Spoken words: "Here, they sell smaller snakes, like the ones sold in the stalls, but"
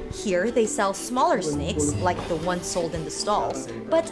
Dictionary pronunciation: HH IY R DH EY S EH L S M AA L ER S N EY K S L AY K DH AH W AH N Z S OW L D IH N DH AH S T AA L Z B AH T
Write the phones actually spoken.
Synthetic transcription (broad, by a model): HH IY R DH EY S EH L S M AA L ER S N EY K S L AY K DH AH W AH N S OW L D IH N DH AH S T AA L Z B AH T